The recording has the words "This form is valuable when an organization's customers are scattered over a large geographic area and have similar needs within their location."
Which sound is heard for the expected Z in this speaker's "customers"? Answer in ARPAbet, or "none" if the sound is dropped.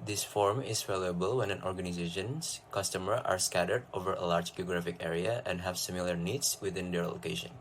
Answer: none